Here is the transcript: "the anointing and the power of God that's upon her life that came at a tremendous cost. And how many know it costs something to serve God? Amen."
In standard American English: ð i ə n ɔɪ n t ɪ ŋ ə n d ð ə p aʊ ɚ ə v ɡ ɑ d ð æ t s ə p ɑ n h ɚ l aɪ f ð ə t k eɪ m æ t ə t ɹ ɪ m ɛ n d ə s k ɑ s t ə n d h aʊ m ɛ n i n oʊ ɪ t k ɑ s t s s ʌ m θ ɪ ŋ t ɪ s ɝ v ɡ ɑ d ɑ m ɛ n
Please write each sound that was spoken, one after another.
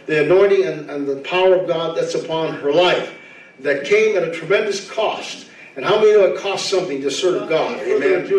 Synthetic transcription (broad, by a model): ð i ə n ɔɪ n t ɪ ŋ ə n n ð ə p aʊ ɚ ə v ɡ ɑ d ð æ t s ə p ɑ n ɚ l aɪ f ð ə t k eɪ m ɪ t ə t ɹ ɪ m ɛ n d ə s k ɑ s t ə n h aʊ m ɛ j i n oʊ ɪ t k ɑ s t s s ʌ m θ ɪ ŋ t ɪ s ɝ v ɡ ɑ d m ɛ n